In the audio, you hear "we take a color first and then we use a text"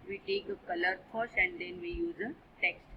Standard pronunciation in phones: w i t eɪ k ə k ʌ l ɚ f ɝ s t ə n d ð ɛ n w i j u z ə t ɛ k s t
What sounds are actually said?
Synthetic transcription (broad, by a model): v i t eɪ k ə k ʌ l ɚ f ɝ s ə n d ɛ n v i j u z ə t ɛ k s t